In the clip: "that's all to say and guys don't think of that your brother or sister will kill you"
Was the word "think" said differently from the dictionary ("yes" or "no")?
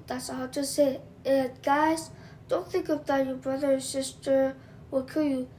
no